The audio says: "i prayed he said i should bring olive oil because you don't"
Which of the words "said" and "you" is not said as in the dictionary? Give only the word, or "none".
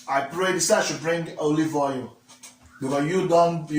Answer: said